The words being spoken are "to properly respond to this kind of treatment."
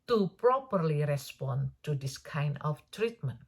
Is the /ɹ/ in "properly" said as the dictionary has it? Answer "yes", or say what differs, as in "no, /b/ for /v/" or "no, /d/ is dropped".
yes